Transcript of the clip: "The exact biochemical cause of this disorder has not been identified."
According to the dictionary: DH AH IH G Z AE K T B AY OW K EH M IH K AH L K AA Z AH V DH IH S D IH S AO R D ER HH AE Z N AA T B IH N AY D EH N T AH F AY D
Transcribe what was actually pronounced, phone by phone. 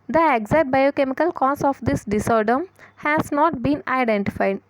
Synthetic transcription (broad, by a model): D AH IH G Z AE T B AY OW K EH M IH K AH L K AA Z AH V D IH S D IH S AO R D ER HH AE Z N AA T B IH N AY D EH N T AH F AY D